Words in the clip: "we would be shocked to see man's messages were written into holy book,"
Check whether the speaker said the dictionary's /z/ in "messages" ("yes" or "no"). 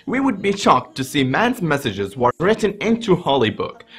yes